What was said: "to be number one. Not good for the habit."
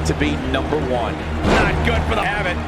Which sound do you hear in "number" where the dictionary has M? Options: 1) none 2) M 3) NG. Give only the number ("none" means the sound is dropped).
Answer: 2